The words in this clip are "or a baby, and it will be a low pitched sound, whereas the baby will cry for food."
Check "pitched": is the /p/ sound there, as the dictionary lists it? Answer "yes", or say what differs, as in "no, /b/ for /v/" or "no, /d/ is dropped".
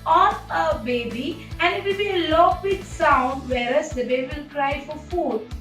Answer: no, /b/ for /p/